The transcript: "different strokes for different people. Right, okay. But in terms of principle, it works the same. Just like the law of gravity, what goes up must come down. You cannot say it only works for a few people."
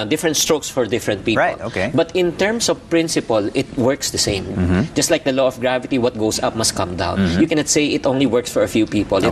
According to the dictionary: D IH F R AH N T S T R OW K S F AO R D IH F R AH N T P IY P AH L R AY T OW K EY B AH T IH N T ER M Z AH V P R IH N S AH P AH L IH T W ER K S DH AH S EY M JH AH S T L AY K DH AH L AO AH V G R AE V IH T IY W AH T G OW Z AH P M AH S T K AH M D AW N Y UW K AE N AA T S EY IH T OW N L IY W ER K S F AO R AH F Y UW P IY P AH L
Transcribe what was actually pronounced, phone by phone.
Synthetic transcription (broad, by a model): D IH F R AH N T S T R OW K S F AO R D IH F R AH N T P IY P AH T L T OW K EY B AH T IH N T ER M S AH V P R IH N S AH P AH L IH T W ER K S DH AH S EY M JH AH S T L AY K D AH L AO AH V G R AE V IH T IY W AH T G OW S AH P M AH S T K AH M D AW N Y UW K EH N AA T S EY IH T OW N L IY W ER K S F AO R AH F Y UW P IY P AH L